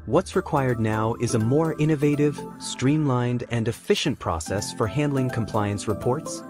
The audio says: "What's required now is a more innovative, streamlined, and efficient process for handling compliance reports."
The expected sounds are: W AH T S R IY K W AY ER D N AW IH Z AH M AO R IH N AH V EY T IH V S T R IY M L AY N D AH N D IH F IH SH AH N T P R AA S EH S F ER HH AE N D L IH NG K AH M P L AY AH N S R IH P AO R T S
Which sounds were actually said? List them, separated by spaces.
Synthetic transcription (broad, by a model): W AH T S R IY K W AY ER D N AW IH Z AH M AO R IH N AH V EY T IH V S T R IY M L AY N D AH N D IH F IH SH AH N P R AA S EH S F ER HH AE N D L IH NG K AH M P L AY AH N S R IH P AO R T S